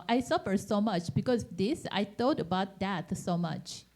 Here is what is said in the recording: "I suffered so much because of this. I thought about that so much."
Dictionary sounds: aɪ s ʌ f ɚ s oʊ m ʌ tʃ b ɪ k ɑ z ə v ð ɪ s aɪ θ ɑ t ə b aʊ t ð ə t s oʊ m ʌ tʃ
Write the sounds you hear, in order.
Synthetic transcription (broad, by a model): aɪ s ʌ f ɚ s oʊ m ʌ tʃ b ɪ k ɑ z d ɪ s aɪ t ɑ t ə b aʊ t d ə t s oʊ m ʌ tʃ